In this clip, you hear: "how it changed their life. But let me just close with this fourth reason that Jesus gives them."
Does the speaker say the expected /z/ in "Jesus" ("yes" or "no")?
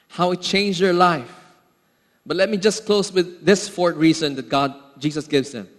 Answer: no